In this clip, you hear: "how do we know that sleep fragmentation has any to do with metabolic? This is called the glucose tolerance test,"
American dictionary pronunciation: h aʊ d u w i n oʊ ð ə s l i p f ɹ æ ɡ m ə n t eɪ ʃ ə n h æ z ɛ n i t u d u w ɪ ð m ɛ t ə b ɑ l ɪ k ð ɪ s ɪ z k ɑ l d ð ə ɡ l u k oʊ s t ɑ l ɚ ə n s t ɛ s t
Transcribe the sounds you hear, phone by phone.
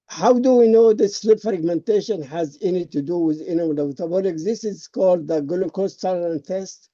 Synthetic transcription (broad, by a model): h aʊ d u w i n oʊ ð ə s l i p f ɹ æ ɡ m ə n t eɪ ʃ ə n h æ z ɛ n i t u d u w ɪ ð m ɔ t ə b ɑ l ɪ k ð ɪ s ɪ z k ɑ l d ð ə ɡ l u k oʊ s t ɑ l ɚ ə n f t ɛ s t